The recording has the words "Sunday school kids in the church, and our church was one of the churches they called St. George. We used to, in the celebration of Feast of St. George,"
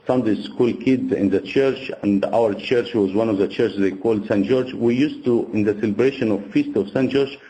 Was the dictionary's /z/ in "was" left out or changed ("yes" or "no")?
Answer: no